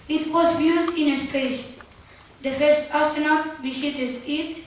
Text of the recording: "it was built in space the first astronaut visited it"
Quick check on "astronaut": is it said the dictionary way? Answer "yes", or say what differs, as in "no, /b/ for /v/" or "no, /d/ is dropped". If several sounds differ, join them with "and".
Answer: no, /ɹ/ is dropped